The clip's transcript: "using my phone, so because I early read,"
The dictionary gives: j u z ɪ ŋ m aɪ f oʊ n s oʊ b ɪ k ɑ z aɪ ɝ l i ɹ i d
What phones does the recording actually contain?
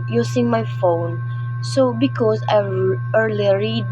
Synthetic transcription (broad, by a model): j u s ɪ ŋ m aɪ f oʊ n s oʊ b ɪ k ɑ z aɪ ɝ l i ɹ i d